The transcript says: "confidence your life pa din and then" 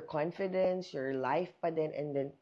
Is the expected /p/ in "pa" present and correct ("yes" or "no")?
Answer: no